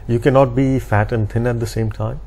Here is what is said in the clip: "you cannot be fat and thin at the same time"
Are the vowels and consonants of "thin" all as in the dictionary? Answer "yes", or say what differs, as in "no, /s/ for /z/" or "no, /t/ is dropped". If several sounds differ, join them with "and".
no, /t/ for /θ/